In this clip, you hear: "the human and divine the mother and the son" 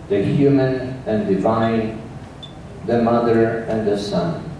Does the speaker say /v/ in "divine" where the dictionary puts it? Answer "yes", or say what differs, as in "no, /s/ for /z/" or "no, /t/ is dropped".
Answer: yes